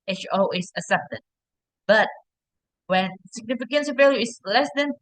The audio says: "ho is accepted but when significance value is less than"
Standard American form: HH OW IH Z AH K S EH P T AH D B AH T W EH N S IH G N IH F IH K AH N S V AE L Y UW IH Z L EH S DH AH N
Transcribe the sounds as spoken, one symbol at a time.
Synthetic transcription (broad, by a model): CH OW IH S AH S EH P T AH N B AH T W EH N S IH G N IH F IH K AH N S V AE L Y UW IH S L EH S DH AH N